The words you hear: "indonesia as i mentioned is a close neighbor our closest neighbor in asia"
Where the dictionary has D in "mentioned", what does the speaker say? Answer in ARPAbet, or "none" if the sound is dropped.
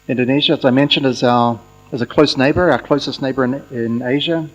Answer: D